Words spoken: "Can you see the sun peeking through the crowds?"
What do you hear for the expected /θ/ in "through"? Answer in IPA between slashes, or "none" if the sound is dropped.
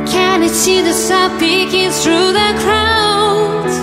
/θ/